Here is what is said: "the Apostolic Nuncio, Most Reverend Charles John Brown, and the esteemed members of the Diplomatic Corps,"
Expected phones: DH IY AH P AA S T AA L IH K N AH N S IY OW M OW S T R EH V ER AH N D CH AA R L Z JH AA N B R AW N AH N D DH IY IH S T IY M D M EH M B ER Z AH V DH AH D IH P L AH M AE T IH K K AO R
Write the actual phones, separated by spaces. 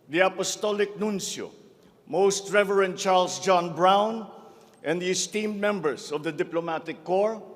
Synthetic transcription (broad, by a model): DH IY AH P AA S T AA L IH K N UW N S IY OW M OW S T R EH V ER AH N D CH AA R L S JH AA N B R AW N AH N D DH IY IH S T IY M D M EH M B ER S AH V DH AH D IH P L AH M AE T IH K K AO R